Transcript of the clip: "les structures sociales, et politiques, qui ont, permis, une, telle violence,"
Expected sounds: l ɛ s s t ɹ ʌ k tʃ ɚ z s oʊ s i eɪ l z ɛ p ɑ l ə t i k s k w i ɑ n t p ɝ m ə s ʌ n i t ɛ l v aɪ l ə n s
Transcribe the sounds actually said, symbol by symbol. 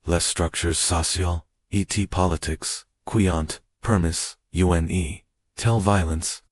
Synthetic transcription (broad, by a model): l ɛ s s t ɹ ʌ k tʃ ɚ z s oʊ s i l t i p ɑ l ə t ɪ k s k w i ɑ n t p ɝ m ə s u n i t ɛ l v aɪ l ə n s